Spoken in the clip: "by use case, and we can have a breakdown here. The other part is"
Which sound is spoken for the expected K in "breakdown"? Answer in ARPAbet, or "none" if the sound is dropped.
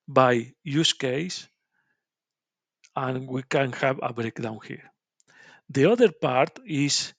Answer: K